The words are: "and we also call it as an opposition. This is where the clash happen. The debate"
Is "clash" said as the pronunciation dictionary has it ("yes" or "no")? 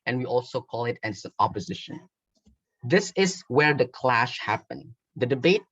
yes